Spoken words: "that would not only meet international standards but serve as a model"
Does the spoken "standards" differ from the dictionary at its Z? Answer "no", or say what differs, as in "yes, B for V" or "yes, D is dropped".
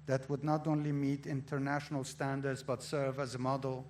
no